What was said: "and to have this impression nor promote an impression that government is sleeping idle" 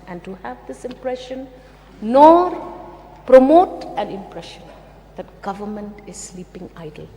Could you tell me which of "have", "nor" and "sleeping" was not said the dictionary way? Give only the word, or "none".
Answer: none